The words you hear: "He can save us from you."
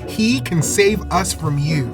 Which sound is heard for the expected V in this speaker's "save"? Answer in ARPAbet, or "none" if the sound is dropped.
V